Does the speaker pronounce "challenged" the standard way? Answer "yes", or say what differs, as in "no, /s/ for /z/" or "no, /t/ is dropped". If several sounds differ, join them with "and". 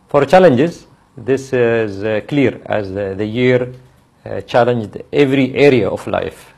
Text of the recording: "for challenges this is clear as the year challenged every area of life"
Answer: yes